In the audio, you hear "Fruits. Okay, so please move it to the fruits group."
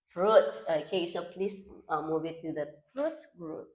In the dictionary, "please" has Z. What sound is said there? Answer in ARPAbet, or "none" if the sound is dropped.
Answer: S